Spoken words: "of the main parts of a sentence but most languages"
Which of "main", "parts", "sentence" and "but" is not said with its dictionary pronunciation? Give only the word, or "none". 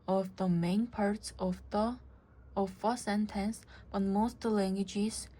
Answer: none